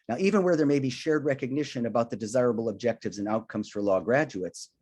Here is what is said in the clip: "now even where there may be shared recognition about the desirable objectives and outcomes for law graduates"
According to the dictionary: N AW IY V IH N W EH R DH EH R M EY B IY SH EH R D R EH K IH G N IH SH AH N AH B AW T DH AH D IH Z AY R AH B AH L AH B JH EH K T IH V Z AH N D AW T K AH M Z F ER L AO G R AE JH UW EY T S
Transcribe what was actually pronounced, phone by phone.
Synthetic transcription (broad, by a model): N AW IY V IH N W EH R DH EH R M EY B IY SH EH R D R EH K IH G N IH SH AH N AH B AW T DH AH D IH Z AY R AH B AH L AH B JH EH K T IH V Z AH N AW T K AH M Z F ER L AO G R AE JH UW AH T S